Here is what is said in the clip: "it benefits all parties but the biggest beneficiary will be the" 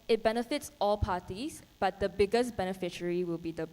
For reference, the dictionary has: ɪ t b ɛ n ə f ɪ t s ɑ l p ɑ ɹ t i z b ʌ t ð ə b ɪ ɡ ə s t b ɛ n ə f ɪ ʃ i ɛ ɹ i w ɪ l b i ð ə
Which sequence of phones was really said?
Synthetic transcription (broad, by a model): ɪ t b ɛ n ə f ɪ t s ɑ l p ɑ t i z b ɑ t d ə b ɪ ɡ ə s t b ɛ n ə f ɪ ʃ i ɹ i w ɪ l b i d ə